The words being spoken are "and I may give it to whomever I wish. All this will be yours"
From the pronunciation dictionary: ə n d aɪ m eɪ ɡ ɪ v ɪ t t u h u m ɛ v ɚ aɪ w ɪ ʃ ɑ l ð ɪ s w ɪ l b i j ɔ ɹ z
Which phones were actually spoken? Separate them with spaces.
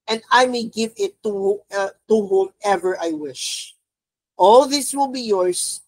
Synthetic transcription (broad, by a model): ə n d aɪ m eɪ ɡ ɪ v ɪ t t u h u m ɛ v ɚ aɪ w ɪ ʃ ɑ l ð ɪ s w ɪ l b i j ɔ ɹ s